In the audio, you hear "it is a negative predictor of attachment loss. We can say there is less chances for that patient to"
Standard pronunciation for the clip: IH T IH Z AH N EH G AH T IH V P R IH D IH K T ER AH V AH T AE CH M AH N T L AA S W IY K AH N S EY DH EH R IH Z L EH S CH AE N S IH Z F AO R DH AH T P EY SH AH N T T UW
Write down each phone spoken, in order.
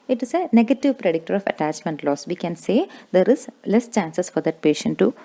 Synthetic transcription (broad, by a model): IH T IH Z AH N EH G AH T IH V P R IH D IH K T ER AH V AH T AE CH M AH N T L AA S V IY K AH N S EY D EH R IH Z L EH S CH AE N S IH S F AO R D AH T P EY SH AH N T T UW